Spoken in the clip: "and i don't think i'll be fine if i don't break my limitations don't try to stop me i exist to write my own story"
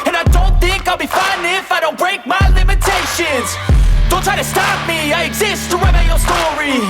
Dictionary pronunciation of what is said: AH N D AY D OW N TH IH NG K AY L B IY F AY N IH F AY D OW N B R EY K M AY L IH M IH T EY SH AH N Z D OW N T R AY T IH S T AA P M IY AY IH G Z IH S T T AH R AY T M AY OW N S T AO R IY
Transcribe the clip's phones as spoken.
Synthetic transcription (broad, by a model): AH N AY D OW N TH IH NG K AY L B IY F AY N IH F AY D OW N B R EY K M AY L IH M IH T EY SH AH N Z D OW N T R AY T IH S T AA P M IY AY IH G Z IH S T T AH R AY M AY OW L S T AO R IY